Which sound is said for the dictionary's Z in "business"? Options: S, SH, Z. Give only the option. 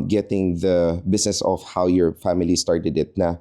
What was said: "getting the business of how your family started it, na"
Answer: S